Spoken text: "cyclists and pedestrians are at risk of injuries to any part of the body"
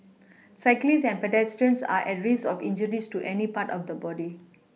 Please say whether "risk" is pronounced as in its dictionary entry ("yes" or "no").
no